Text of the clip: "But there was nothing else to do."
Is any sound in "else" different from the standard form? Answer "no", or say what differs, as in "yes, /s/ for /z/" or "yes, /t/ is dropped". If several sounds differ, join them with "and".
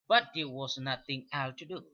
yes, /s/ is dropped